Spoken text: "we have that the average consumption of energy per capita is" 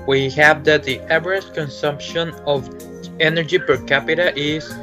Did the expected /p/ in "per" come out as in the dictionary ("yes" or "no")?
yes